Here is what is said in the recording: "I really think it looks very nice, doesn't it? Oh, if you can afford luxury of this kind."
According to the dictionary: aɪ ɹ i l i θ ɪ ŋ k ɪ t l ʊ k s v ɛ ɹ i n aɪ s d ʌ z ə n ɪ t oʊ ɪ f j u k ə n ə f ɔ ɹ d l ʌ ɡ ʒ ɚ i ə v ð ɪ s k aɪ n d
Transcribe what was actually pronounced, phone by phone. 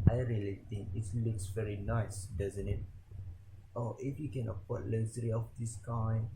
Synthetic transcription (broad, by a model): aɪ ɹ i l i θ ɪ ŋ k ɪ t l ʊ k s v ɛ ɹ i n aɪ s d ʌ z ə n ɪ t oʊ ɪ f j u k ə n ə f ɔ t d l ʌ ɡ z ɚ i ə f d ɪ s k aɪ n